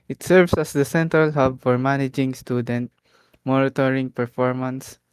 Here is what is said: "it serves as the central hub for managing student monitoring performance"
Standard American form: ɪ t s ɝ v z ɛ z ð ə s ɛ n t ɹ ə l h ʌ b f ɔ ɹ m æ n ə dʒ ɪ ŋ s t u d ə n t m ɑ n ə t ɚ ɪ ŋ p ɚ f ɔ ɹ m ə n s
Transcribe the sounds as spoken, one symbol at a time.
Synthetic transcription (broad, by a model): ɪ t s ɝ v s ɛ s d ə s ɛ n t ɹ ə l h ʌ b f ɔ ɹ m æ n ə dʒ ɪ ŋ s t u d ə n t m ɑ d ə t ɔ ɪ ŋ p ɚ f ɔ ɹ m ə n s